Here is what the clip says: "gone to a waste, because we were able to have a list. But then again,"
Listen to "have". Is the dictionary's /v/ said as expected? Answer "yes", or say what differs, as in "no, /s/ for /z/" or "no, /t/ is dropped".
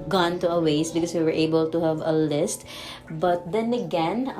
yes